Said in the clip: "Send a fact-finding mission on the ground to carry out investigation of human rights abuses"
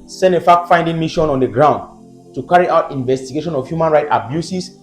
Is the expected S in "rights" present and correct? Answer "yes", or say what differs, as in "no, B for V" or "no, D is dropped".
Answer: no, S is dropped